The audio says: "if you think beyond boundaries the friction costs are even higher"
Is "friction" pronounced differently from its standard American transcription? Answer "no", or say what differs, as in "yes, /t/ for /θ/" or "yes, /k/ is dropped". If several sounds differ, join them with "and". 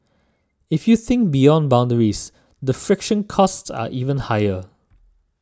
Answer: no